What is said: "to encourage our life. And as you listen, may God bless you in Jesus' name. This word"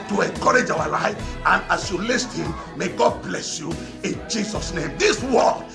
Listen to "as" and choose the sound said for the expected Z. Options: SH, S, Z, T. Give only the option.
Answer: S